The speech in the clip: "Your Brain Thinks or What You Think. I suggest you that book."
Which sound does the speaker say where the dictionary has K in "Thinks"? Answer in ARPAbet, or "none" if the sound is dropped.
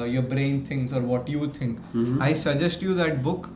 none